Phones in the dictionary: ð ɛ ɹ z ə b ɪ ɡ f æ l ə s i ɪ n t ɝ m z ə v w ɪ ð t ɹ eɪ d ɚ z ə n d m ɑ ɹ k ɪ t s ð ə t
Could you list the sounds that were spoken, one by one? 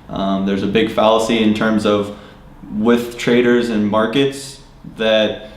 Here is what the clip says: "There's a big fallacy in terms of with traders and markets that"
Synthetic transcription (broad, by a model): ð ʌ ɹ z ə b ɪ ɡ f æ l ə s i ɪ n t ɝ m z ə v w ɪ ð t ɹ eɪ d ɚ z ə n m ɑ ɹ k ɪ t s ð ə t